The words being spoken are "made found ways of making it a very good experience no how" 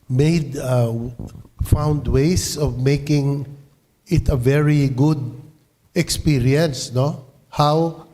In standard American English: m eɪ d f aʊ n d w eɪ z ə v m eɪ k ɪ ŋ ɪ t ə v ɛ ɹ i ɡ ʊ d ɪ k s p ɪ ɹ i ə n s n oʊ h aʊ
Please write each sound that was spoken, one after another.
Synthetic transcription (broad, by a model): m eɪ d f aʊ n d w eɪ s ə v m eɪ k ɪ ŋ ɪ t ə v ɛ ɹ i ɡ ʊ d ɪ k s p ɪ ɹ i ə n s n oʊ h aʊ